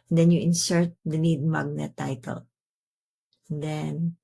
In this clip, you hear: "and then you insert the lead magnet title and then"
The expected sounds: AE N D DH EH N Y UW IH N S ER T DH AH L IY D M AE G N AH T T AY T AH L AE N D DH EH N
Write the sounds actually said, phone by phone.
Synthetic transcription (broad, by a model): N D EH N Y UW IH N S ER T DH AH N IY D M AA G N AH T T AY T AH L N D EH N